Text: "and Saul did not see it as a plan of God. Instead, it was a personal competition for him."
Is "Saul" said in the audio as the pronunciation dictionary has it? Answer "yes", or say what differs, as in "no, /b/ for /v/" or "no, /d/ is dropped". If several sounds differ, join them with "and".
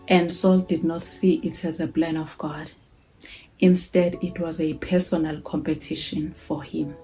yes